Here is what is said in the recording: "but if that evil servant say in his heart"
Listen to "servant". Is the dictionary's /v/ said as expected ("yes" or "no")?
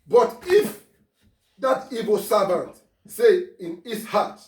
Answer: no